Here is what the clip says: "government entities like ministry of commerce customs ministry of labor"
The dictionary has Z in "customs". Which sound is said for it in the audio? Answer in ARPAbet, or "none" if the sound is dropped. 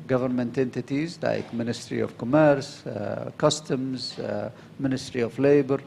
Z